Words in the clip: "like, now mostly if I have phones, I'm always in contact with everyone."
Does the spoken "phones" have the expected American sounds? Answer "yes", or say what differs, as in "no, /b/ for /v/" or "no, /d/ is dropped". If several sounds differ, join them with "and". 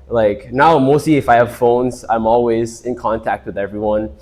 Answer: yes